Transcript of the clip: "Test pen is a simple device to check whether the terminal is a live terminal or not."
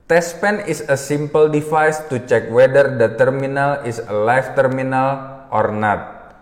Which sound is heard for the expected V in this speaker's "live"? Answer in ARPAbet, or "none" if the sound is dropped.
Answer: F